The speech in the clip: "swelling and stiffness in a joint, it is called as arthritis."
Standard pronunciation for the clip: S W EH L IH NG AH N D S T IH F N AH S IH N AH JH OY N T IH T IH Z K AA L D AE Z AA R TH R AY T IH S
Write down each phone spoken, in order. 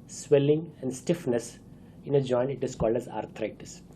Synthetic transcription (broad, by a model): S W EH L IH NG AH N D S T IH F N AH S IH N AH JH OY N IH T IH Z K AA L D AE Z AA R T R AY T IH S